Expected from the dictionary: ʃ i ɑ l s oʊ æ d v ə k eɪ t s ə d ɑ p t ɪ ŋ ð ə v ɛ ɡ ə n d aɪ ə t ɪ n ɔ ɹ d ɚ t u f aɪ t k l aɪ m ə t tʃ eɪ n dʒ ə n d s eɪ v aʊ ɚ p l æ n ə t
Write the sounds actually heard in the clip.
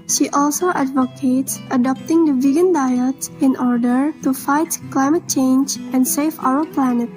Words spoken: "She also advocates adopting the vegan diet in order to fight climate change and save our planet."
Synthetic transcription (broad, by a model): ʃ i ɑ l s oʊ æ d v ə k eɪ t s ə d ɑ p t ɪ ŋ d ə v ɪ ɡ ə n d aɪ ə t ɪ n ɔ ɹ d ɚ t u f aɪ t k l aɪ m ə t tʃ eɪ n dʒ ə n d s eɪ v aʊ ɚ p l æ n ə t